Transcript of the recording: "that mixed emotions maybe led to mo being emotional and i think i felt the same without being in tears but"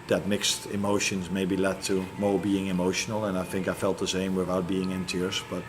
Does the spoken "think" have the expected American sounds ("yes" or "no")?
yes